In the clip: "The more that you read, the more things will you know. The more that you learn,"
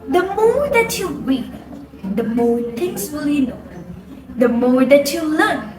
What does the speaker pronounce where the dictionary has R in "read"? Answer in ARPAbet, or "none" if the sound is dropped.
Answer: W